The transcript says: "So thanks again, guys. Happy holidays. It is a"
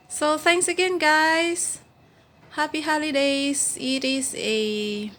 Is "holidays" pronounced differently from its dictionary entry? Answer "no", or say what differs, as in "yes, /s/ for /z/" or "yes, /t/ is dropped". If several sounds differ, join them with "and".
yes, /s/ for /z/